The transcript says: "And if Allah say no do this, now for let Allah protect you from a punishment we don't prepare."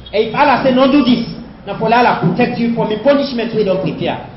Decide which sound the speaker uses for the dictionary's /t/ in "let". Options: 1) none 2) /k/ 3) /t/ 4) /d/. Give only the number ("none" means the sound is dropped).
1